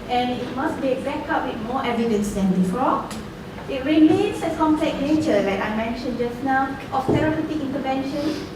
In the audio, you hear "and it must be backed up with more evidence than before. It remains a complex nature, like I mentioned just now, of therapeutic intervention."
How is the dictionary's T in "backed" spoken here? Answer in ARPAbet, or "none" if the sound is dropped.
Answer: none